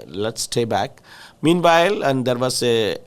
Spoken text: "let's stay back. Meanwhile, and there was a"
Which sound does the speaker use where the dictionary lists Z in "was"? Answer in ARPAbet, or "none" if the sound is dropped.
S